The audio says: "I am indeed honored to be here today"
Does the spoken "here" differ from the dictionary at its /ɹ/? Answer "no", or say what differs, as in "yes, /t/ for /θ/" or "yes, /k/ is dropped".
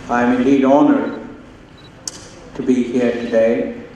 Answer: no